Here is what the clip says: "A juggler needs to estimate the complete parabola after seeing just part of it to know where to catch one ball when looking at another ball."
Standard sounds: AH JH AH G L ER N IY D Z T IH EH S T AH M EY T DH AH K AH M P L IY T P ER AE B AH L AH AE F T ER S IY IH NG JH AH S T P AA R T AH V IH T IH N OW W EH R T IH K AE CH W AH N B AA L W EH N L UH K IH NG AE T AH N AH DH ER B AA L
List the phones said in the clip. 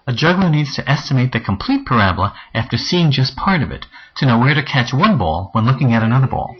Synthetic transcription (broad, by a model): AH JH AH G L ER N IY D Z T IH EH S T AH M EY T DH AH K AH M P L IY T P ER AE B L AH AE F T ER S IY IH NG JH AH S P AA R T AH V IH T IH N OW W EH R T IH K AE CH W AH N B AA L W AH N L UH K IH NG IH T AH N AH DH ER B AA L